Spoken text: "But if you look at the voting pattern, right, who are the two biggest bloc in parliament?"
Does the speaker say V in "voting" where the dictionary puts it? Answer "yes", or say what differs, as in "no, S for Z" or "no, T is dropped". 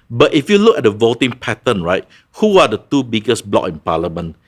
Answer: yes